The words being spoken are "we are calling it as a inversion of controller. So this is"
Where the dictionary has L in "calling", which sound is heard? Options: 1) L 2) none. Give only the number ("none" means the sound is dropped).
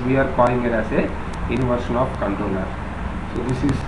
2